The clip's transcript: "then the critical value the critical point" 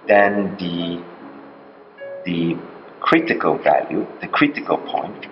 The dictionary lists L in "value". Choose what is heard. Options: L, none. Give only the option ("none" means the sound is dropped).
L